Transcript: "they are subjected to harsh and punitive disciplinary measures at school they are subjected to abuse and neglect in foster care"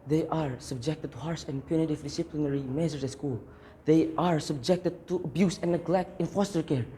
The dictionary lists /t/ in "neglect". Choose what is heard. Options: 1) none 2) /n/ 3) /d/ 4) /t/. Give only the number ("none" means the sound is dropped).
4